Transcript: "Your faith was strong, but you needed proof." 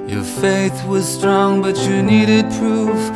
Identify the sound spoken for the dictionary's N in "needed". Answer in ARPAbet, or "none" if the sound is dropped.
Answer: N